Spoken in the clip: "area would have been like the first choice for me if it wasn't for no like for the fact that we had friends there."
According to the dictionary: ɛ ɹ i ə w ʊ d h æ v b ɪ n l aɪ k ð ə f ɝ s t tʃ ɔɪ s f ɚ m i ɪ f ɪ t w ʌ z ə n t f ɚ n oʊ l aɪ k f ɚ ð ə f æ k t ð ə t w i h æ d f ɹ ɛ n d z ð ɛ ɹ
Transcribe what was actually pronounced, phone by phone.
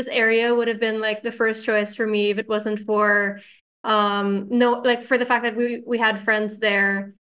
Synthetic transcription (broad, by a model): ɛ ɹ i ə w ʊ d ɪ v b ɪ n l aɪ k ð ə f ɝ s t tʃ ɔɪ s f ɚ m i ɪ f ɪ t w ʌ z ə n t f ɚ n oʊ l aɪ k f ɚ ð ə f æ k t ð ə t w i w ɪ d f ɹ ɛ n d z ð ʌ ɹ